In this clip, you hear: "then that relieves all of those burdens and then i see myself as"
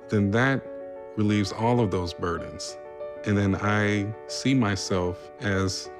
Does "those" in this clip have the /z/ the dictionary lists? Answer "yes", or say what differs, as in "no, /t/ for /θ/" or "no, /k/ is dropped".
yes